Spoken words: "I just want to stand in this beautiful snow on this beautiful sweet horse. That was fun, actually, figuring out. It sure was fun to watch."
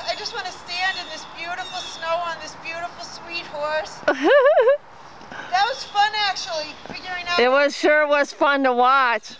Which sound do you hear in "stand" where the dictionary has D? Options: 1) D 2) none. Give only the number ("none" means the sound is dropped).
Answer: 1